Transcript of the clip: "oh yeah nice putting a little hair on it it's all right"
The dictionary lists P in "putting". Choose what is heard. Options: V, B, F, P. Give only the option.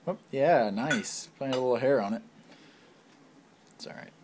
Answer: F